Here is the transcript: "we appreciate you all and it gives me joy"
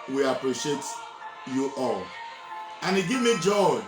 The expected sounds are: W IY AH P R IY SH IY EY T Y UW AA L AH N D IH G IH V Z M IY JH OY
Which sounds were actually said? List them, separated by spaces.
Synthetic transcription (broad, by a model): W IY AH P R IY SH IY EY T Y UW AA L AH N IH G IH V M IY JH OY